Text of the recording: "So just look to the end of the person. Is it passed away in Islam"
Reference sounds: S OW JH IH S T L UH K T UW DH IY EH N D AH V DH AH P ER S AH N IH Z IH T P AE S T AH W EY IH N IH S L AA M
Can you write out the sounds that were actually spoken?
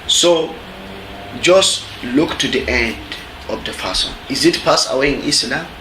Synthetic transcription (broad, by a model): S OW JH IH S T L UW K T UW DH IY EH N D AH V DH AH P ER S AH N IH Z IH T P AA S AH W EY IH N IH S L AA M